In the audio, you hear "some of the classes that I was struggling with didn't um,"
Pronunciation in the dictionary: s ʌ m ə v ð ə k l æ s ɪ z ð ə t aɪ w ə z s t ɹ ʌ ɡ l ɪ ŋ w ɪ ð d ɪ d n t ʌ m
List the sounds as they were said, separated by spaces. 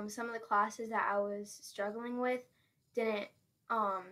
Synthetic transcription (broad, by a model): s ʌ m ə v ð ə k l æ s ɪ z ð ə t aɪ w ə z s t ɹ ʌ ɡ l ɪ ŋ w ɪ ð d ɪ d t t ʌ m